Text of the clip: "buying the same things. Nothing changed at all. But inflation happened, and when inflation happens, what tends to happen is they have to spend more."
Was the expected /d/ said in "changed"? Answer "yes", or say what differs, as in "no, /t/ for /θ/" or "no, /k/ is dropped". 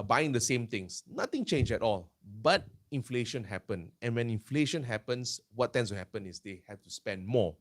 no, /d/ is dropped